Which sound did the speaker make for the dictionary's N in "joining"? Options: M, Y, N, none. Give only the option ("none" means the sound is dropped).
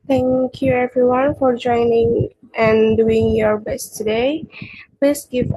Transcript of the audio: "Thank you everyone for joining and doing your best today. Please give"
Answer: N